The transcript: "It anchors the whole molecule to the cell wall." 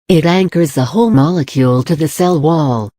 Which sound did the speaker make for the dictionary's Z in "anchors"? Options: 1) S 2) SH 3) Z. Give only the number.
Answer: 3